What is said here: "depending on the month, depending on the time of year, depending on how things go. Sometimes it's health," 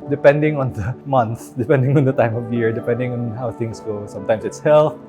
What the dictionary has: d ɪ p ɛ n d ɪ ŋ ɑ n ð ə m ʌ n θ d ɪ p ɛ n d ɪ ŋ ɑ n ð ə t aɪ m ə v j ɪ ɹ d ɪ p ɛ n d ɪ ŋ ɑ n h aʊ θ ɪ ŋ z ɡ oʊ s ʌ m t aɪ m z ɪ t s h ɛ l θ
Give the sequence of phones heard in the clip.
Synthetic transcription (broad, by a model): d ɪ p ɛ n d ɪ ŋ ɑ n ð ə m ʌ n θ d ɪ p ɛ n d ɪ ŋ ɑ n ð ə t aɪ m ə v j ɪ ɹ d ɪ p ɛ n d ɪ ŋ ɑ n h aʊ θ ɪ ŋ s ɡ oʊ s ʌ m t aɪ m s ɪ t s h ɛ l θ